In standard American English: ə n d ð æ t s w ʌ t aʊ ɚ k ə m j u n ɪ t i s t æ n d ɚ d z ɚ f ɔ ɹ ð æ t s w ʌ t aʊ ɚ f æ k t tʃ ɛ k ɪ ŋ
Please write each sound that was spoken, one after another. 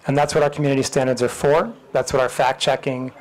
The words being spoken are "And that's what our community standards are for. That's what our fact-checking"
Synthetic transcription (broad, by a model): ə n ð æ t s w ʌ t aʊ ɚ k m j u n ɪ t i s t æ n d ɚ d z ɚ f ɔ ɹ ð æ t s w ʌ t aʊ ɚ f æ k tʃ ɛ k ɪ ŋ